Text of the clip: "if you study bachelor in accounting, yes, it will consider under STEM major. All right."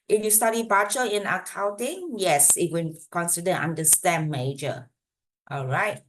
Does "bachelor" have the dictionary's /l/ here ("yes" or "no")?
no